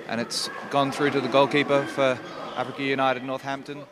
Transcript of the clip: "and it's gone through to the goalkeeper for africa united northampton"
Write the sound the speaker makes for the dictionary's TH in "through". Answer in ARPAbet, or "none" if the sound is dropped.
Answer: TH